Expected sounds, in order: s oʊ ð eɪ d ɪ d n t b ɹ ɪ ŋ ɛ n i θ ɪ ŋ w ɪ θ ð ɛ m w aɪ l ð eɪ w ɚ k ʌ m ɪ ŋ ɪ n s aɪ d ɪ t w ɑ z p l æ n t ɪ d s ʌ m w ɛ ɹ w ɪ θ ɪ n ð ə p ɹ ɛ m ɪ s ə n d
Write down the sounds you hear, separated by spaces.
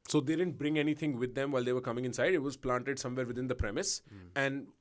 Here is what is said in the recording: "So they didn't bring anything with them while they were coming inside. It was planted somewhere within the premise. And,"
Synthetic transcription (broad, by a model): s oʊ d eɪ d ɪ d n t b ɹ ɪ ŋ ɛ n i t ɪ ŋ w ɪ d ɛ m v aɪ l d eɪ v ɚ k ʌ m ɪ ŋ ɪ n s aɪ d ɪ t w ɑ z p l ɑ n t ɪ d s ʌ m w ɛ ɹ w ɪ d ɪ n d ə p ɹ ɛ m ɪ s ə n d